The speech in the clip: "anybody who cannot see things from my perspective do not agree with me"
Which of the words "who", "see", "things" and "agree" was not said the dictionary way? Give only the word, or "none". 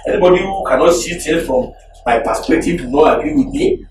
things